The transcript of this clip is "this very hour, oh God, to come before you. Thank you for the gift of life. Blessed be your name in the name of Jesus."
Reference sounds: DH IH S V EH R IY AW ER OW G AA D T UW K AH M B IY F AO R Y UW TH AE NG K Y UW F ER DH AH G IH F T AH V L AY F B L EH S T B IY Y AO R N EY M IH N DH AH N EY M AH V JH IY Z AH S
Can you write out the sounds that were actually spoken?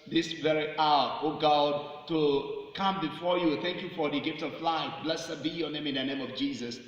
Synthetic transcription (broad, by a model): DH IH S V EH R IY AW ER OW G AA D T UW K AH M B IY F AO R Y UW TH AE NG K Y UW F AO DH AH G IH F T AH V L AY F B L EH S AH B IY Y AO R N EY M IH N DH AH N EY M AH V JH IY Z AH S